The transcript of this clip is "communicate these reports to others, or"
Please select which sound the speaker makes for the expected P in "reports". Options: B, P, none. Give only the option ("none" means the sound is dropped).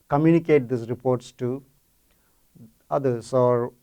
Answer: P